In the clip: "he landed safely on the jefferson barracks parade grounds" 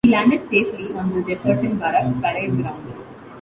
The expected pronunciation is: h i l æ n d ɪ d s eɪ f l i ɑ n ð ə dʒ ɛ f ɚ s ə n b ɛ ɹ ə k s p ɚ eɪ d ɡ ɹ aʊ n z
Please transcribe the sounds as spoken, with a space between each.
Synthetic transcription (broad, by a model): i l æ n d ɪ d s eɪ f l i ɑ n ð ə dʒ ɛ p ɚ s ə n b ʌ ɹ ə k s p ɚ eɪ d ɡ ɹ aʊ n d